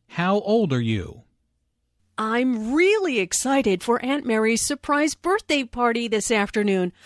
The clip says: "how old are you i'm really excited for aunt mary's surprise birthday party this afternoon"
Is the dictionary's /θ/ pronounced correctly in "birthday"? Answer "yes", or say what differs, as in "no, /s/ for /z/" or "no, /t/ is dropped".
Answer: yes